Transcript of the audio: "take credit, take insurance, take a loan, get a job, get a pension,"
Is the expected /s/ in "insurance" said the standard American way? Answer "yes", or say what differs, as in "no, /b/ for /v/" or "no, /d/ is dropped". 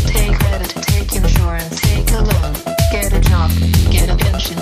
no, /s/ is dropped